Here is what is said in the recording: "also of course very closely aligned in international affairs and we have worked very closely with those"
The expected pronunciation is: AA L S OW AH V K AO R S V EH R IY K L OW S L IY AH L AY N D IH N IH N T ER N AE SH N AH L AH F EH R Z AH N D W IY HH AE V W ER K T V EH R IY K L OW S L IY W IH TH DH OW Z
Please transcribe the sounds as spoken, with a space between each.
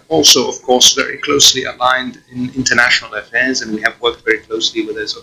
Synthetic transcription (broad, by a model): AA L S OW AH V K AO R S V EH R IY K L OW S L IY AH L AY N D IH N IH N T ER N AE SH N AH L AH F EH R Z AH N W IY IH V W ER K T V EH R IY K L OW S L IY W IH DH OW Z